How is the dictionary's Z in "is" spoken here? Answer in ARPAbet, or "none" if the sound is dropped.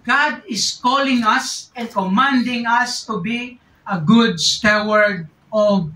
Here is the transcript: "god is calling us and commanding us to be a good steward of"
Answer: S